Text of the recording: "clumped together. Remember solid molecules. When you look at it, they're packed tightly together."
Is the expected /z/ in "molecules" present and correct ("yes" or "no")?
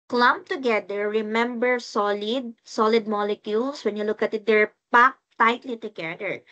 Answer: no